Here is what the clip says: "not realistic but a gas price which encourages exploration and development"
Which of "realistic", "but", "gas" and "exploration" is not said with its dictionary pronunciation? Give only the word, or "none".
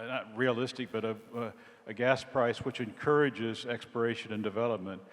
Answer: exploration